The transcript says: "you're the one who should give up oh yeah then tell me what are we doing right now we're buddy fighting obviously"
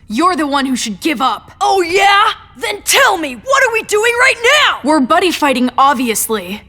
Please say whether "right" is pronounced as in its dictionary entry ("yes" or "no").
yes